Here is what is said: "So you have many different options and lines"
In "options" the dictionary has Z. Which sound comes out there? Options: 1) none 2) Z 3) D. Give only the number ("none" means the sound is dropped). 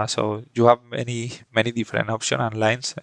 1